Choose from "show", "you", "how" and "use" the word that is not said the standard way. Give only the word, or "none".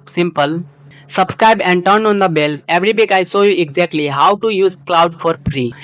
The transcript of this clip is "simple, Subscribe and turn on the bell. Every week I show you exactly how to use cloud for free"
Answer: show